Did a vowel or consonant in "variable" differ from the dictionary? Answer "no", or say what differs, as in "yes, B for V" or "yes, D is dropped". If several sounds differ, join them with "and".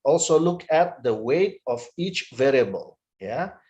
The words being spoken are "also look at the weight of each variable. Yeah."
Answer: no